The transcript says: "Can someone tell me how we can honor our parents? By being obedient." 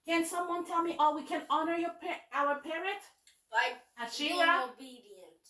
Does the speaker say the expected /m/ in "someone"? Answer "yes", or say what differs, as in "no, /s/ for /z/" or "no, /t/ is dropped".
yes